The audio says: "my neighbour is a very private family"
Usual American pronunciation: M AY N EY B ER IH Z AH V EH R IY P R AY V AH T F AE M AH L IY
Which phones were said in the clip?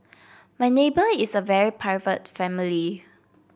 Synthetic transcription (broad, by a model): M AY N EY B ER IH S AH V EH R IY P AY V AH T F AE M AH L IY